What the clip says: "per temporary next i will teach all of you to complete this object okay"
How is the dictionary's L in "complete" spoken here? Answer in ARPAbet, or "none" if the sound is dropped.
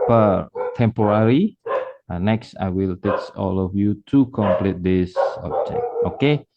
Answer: L